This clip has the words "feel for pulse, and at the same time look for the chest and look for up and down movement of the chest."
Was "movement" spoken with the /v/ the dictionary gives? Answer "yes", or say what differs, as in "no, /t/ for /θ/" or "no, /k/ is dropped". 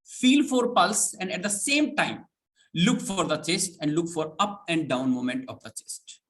no, /v/ is dropped